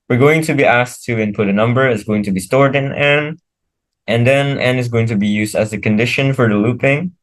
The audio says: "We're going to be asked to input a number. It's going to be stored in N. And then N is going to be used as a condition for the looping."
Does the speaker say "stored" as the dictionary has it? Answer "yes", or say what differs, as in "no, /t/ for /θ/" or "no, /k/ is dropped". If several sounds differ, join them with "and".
yes